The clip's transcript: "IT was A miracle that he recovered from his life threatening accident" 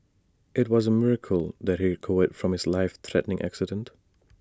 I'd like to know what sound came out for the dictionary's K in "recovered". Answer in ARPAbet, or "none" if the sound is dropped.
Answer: none